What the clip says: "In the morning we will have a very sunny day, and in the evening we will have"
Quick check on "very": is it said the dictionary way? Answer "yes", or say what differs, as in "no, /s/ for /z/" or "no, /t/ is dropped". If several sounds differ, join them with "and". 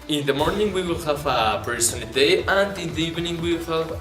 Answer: no, /p/ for /v/